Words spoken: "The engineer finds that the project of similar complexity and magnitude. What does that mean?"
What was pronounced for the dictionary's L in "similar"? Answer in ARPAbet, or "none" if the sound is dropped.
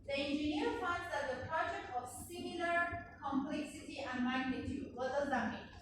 L